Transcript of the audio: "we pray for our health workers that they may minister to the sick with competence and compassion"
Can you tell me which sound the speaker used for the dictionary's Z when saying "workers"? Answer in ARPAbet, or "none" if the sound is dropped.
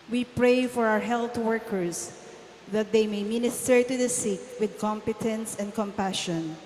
S